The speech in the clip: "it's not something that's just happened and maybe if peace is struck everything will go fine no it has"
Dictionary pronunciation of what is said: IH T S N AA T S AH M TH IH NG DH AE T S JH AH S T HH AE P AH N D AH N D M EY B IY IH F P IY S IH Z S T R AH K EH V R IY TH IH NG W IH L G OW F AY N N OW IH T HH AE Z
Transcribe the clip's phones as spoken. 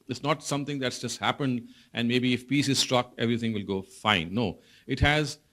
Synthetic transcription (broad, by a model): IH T S N AA T S AH M T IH NG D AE T S JH AH S T HH AE P AH N D AH N D M EY B IY IH F P IY S IH Z S T R AH K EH V R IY T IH NG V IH L G OW F AY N N OW IH T HH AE Z